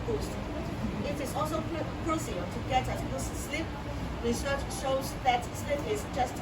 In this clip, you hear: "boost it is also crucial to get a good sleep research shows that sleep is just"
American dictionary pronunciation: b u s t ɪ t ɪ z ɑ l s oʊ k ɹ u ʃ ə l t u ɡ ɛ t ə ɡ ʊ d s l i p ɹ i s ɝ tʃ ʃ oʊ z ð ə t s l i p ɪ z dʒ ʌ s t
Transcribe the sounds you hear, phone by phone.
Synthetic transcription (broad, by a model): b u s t ɪ t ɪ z ɑ l s oʊ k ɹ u s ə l t u ɡ ɛ t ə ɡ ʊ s s l i p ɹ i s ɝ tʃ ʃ oʊ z ð ə t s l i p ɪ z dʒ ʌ s t